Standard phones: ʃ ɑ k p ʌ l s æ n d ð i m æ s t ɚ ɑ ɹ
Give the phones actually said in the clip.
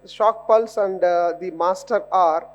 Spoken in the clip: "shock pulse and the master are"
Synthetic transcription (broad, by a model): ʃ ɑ k p ʌ l s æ n d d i m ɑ s t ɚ ɑ ɹ